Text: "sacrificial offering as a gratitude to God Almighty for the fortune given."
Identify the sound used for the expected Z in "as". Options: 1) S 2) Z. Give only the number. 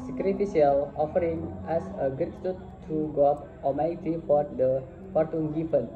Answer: 1